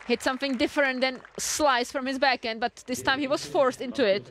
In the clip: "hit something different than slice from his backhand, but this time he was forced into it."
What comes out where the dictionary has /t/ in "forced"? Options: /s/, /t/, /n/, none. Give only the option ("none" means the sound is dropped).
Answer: /t/